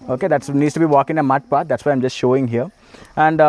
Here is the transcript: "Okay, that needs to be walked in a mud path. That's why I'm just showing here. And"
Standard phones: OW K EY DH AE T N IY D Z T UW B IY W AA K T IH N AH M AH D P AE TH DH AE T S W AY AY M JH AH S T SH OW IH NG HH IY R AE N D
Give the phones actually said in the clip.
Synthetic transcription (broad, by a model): OW K EY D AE T N IY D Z T UW B IY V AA K IH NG AH M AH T P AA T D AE T S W AY AY M JH AH S T SH OW IH NG HH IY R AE N D